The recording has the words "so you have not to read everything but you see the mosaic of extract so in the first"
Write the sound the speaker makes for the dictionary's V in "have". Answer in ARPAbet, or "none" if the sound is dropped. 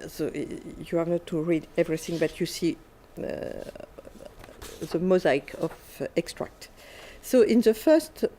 V